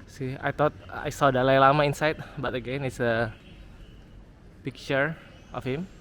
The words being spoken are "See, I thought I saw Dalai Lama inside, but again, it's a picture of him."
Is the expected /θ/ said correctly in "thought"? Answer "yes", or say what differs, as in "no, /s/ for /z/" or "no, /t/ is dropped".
no, /t/ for /θ/